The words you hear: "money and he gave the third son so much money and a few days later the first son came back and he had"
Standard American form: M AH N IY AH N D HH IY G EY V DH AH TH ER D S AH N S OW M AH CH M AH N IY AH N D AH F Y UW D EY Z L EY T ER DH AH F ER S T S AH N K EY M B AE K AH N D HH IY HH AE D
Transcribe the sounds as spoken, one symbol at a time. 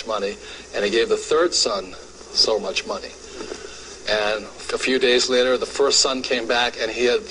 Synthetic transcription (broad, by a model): M AH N IY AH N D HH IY G EY V DH AH TH ER D S AH N S OW M AH CH M AH N IY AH N AH F Y UW D EY Z L EY T ER DH AH F ER S T S AH N K EY M B AE K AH N IY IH D